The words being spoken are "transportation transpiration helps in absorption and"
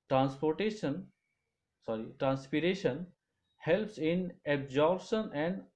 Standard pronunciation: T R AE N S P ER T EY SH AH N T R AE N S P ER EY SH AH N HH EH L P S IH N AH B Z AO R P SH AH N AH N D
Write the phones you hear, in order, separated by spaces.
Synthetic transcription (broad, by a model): T R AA N S P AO T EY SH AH N T R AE N S P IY EY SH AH N HH EH L P S IH N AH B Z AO R B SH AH N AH N D